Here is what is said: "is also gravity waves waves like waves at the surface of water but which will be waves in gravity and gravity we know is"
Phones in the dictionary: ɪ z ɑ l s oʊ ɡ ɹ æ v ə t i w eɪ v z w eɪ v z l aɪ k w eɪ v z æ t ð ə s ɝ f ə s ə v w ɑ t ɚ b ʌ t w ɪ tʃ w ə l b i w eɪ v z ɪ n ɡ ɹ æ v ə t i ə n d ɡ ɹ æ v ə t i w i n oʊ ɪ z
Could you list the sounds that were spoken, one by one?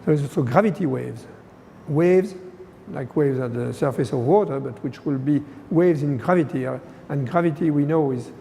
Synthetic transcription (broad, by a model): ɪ z ɑ l s oʊ ɡ ɹ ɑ v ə t i w eɪ v z w eɪ v z l aɪ k w eɪ v z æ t ð ə s ɝ f ə s ə v w ɑ t ɚ b ʌ t w ɪ tʃ w ə l b i w eɪ v z ɪ n ɡ ɹ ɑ v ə t i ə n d ɡ ɹ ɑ v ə t i w i n oʊ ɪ z